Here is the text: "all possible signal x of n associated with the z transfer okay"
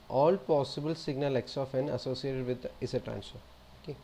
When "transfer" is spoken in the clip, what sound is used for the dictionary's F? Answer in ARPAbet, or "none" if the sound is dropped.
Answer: none